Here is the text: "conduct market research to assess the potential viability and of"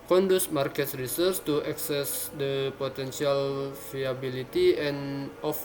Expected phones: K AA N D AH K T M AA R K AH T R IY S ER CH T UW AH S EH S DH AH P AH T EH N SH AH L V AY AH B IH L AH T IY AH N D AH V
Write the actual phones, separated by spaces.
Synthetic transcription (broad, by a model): K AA N D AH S M AA R K AH T R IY S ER S T UW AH S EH S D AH P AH T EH N S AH L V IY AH B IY L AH T IY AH N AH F